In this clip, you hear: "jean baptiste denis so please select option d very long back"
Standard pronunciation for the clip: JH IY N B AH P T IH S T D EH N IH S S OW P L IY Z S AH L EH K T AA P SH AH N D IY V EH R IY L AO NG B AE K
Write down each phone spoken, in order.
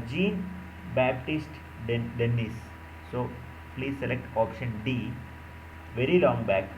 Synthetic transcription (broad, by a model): JH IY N B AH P T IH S T D EH N IH S S OW P L IY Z S AH L EH K T AA P SH AH N D IY V EH R IY L AO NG B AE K